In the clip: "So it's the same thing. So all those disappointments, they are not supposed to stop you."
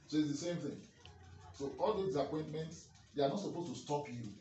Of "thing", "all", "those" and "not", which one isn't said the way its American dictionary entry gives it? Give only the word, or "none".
those